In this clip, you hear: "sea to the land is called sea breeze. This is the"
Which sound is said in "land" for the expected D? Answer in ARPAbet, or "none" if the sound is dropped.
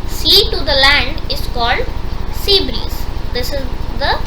D